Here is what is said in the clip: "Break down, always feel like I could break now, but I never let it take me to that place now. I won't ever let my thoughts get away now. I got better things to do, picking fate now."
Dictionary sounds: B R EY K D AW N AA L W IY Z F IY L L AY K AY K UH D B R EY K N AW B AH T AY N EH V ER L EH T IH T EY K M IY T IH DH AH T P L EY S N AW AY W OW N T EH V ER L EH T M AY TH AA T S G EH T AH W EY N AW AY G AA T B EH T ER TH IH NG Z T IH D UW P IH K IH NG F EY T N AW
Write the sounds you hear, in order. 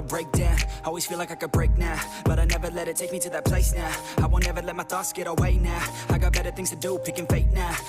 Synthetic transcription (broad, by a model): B R EY K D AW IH AA L W IY Z F IY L L AY K AY K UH D B R EY K N AW B AH T AY N EH V ER L EH T IH T EY K M IY T IH DH AH T P L EY S N AW AY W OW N EH V ER L EH T M AY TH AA S G EH T AH W EY N AW AY G AA T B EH T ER TH IH NG Z T IH D UW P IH K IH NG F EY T N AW